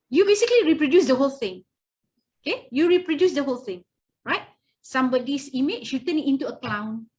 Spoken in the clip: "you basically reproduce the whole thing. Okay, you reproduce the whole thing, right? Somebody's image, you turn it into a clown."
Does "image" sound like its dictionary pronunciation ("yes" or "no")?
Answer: no